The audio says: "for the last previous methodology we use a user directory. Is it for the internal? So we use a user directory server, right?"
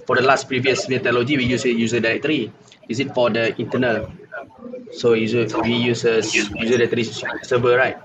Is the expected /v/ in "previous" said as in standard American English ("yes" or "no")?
yes